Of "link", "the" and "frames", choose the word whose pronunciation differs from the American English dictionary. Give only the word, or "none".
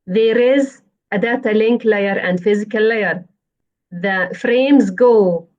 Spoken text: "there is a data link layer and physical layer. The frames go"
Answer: none